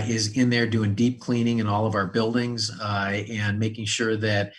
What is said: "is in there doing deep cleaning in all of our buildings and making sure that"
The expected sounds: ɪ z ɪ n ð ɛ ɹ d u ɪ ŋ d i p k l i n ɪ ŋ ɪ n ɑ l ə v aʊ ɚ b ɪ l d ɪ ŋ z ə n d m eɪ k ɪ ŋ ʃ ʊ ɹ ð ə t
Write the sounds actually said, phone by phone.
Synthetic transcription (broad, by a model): ɪ z ɪ n ð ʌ ɹ d u ɪ ŋ d i p k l i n ɪ ŋ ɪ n ɑ l ə v aʊ ɚ b ɪ l d ɪ ŋ z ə n m eɪ k ɪ ŋ ʃ ʊ ɹ ð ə t